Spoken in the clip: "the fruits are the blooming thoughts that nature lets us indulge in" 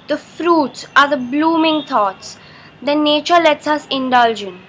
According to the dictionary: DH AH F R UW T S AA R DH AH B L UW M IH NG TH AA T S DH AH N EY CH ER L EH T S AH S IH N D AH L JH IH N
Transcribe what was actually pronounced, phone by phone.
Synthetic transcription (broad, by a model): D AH F R UW T S AA R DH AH B L UW M IH NG T AA T S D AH N EY CH ER L EH T S AH S IH N D AH L JH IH N